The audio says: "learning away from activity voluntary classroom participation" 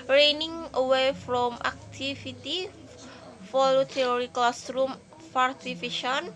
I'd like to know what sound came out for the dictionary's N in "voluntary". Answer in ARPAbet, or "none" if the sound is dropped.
none